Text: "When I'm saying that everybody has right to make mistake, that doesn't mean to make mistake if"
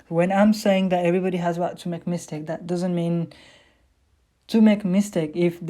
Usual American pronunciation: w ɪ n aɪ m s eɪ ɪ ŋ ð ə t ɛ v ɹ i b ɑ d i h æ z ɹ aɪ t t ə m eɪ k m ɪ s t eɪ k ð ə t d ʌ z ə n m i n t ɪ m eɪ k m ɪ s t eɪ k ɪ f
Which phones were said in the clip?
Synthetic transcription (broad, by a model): w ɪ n aɪ m s eɪ ɪ ŋ ð ə t ɛ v ɹ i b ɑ d i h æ z w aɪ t t ə m eɪ k m ɪ s t eɪ k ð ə t d ʌ z ə n m i n t ɪ m eɪ k m ɪ s t eɪ k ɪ f